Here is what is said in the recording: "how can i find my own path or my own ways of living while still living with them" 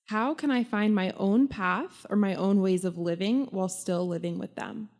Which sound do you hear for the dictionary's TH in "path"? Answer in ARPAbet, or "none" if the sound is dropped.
TH